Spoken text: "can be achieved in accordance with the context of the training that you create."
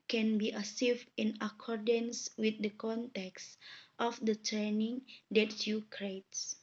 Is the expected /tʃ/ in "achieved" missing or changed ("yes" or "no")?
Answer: yes